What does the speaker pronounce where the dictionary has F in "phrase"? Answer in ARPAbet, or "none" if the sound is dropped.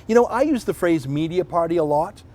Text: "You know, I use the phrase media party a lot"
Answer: F